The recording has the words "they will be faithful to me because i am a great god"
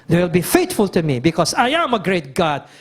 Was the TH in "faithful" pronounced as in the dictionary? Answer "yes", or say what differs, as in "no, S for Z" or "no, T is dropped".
no, T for TH